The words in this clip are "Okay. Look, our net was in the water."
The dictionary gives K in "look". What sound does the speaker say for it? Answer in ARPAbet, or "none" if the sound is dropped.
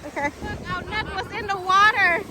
none